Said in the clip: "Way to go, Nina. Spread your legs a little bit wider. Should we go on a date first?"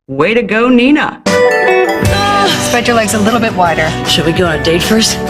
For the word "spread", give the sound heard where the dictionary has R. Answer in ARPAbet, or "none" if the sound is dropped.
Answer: none